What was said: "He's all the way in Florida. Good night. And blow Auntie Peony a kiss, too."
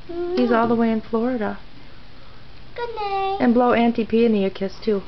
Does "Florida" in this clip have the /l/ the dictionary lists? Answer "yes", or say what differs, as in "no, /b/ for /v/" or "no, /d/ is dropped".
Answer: yes